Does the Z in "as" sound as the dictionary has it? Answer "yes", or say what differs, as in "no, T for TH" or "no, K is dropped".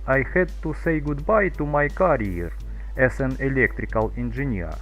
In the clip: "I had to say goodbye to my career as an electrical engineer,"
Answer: no, S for Z